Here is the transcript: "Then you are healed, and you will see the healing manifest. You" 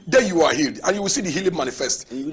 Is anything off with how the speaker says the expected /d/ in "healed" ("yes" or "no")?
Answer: no